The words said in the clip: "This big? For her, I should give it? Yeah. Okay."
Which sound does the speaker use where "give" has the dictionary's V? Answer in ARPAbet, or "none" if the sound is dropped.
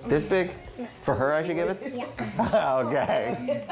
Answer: V